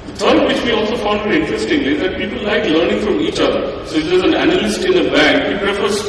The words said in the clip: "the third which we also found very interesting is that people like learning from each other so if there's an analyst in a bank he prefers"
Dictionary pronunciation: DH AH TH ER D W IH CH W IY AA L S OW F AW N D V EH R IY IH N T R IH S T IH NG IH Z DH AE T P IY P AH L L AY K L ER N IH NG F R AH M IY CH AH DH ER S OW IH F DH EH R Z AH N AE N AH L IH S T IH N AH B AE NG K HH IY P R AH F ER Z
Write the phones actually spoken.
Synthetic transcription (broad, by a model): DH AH T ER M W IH CH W IY AA L S OW F AW N D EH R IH N T R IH S T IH NG IH Z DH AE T P IY P AH L L AY K L ER N IH NG F R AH M IY CH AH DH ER S OW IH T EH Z AH N AE N AH L IH S T IH N AH B AE NG K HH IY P R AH F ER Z